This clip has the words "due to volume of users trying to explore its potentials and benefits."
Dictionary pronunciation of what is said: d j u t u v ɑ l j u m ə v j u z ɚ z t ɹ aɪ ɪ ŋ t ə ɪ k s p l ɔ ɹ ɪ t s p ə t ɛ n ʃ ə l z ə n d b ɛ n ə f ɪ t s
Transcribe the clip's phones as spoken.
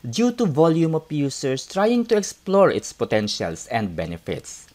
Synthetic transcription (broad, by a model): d j u t u v ɑ l j u m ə p j u s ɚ s t ɹ aɪ ɪ ŋ t ə ɪ k s p l ɔ ɹ ɪ t s p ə t ɛ n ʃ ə l s ə n d b ɛ n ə f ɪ t s